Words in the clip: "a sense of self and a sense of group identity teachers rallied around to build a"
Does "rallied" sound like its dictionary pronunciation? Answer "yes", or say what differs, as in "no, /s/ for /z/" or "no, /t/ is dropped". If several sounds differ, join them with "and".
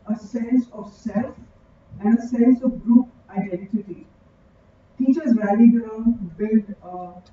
no, /l/ is dropped